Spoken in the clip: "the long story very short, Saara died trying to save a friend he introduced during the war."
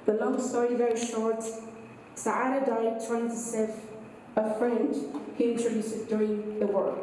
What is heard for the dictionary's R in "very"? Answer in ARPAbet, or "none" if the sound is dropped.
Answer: R